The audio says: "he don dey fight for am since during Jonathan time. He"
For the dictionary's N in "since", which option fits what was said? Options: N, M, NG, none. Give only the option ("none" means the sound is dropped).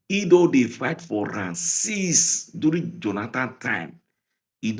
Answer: none